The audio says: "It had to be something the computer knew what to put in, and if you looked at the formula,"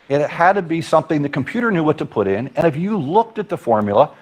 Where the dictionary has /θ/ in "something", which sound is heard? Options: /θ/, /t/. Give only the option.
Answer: /θ/